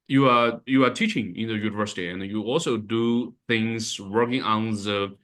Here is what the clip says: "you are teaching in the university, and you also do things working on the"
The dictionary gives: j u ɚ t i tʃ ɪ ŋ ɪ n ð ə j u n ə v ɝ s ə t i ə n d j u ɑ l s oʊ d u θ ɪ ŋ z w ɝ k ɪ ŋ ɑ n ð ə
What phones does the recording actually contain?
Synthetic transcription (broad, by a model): j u ɚ t i tʃ ɪ ŋ ɪ n ð ə j u n ə v ɝ s ə t i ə n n j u ɑ l s oʊ d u θ ɪ ŋ z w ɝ k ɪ ŋ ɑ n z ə